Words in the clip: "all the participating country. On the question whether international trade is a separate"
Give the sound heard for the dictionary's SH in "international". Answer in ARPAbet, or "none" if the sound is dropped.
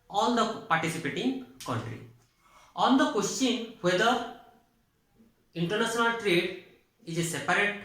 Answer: S